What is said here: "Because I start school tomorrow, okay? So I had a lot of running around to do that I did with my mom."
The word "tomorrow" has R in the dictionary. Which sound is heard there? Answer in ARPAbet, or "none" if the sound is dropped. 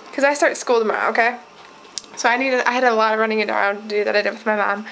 none